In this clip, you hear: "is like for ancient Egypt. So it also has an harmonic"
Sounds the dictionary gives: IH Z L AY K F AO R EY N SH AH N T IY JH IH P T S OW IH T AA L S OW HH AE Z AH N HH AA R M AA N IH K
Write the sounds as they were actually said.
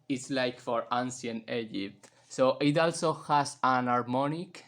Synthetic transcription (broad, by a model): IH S L AY K F AO R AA N S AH N IY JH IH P T S OW IH T AA L S OW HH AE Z AH N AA R M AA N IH K